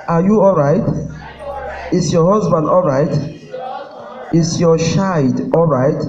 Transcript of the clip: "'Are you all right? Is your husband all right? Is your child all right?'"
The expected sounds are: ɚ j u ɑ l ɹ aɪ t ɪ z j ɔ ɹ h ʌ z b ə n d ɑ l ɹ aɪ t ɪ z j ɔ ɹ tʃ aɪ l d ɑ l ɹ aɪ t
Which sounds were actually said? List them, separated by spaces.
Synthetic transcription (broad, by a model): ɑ j u ɑ l ɹ aɪ t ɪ s j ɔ h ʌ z b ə n d ɑ l ɹ aɪ t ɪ s j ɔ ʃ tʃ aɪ d ɑ l ɹ aɪ t